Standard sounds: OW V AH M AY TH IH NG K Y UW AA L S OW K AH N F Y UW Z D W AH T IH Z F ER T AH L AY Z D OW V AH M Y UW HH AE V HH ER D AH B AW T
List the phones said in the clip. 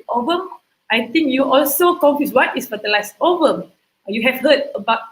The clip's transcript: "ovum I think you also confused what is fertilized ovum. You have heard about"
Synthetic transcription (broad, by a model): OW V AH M AY T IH NG K Y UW AA L S OW K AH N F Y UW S W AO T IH S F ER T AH L AY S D OW V AH M Y UW HH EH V HH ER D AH B AW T